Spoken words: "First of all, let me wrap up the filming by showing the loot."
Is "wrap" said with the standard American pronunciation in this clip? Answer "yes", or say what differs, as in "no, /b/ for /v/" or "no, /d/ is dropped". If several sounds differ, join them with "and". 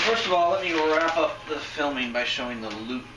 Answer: yes